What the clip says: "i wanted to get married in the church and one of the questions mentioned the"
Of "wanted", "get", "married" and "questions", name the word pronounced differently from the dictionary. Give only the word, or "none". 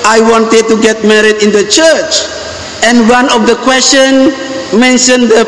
questions